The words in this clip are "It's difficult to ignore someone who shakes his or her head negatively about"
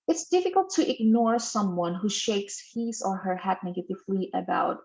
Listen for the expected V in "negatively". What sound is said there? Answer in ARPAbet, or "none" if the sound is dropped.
F